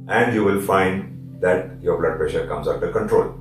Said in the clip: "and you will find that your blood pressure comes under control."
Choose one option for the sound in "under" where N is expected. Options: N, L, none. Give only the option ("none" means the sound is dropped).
none